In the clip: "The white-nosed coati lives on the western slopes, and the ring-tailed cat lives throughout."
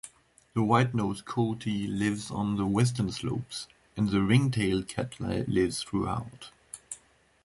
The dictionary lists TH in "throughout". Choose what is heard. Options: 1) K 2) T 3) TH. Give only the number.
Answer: 3